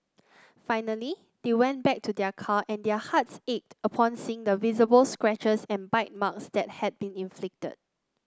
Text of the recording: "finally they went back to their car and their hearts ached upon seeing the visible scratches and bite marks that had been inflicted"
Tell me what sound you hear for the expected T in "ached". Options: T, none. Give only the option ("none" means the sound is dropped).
T